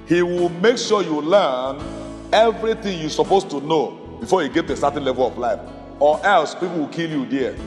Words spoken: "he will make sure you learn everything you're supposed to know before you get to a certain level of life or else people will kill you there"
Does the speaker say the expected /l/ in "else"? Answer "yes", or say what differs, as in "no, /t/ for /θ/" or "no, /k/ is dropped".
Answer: yes